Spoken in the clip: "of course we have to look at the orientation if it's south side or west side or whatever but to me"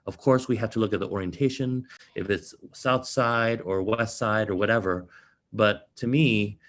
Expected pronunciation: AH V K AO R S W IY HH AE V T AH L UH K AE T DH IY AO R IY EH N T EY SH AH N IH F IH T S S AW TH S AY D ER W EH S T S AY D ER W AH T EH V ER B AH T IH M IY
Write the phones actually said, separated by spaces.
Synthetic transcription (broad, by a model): AH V K AO R S W IY HH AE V T AH L UH K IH T DH IY AO R IY EH N T EY SH AH N IH F IH T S S AW TH S AY D ER W EH S T S AY D ER W AH T EH V ER B AH T IH M IY